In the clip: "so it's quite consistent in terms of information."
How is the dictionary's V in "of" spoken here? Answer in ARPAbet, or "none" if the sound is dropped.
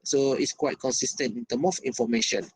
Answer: F